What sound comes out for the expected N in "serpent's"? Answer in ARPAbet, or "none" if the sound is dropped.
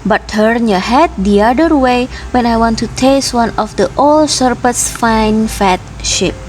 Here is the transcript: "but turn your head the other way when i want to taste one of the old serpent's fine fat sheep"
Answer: none